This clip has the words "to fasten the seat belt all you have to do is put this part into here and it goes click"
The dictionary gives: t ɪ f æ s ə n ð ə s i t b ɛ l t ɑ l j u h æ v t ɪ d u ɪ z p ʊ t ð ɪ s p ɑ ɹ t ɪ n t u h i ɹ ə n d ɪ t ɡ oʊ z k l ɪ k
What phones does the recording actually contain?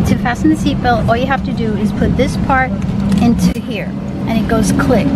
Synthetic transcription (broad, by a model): t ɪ f æ s n ð ə s i t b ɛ l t ɑ l j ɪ h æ f t ɪ d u ɪ z p ʊ t ð ɪ s p ɑ ɹ t ɪ n t u h i ɹ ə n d ɪ t ɡ oʊ z k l ɪ k